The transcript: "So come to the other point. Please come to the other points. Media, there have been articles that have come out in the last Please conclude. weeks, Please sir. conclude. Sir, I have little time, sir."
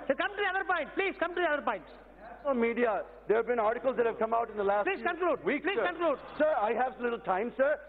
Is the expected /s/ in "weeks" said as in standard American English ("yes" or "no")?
no